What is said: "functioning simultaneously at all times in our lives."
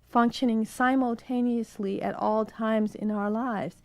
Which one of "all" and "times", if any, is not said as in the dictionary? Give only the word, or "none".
none